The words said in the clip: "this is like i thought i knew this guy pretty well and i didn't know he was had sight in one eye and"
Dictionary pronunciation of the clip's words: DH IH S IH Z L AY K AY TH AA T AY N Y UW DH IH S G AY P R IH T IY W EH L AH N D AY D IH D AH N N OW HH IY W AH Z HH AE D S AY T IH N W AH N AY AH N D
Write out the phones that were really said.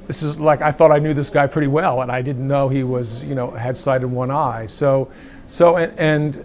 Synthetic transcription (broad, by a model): DH IH S IH Z L AY K AY TH AA T AY N Y UW DH IH S G AY P R IH T IY W EH L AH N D AY D IH D N N OW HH IY W AH Z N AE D S AY T IH N W AH N AY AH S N